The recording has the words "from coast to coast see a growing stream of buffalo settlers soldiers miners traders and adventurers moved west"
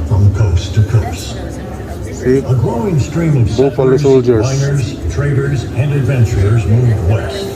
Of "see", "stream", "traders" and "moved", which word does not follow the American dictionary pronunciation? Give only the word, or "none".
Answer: none